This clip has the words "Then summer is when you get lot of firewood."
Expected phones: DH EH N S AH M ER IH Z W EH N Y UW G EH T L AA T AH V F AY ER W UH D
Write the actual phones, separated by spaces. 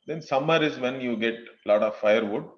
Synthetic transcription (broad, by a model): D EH N S AH M ER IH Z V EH N Y UW G EH T L AA T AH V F AY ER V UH D